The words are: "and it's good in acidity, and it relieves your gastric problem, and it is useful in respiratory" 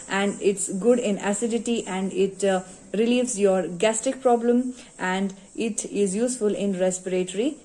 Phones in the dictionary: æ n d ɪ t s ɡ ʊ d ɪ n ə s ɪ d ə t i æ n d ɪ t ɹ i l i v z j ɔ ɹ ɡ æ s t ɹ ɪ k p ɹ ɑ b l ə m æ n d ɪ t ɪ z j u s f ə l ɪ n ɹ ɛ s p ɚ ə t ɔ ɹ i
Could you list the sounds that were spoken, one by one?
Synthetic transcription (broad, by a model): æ n d ɪ t s ɡ ʊ d ɪ n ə s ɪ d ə t i æ n d ɪ t ɹ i l i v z j ɔ ɹ ɡ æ s t ɪ k p ɹ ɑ b l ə m æ n d ɪ t ɪ z j u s f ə l ɪ n ɹ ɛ s p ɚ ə t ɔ ɹ i